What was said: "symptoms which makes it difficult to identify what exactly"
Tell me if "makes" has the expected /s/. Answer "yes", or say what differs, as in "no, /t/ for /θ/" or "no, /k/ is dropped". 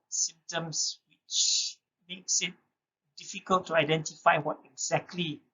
yes